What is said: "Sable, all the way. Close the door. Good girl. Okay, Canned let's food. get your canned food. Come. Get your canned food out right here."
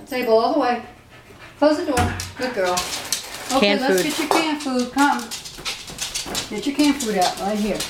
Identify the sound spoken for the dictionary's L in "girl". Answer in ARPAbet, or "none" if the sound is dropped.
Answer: L